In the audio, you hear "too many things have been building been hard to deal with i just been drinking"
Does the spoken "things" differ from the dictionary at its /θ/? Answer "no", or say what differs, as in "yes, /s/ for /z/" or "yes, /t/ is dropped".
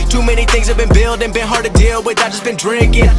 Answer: no